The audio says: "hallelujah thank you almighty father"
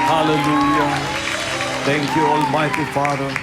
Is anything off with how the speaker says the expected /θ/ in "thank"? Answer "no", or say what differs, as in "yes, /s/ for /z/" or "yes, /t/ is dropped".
yes, /t/ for /θ/